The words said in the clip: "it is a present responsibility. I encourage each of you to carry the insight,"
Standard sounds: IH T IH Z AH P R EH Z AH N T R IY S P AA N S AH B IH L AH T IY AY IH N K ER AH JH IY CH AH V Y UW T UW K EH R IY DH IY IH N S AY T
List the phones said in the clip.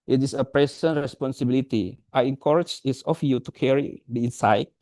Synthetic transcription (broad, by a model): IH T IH S AH P R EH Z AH N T R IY S P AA N S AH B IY L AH T IY AY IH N K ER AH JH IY S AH F Y UW T UW K EH R IY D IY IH N S AY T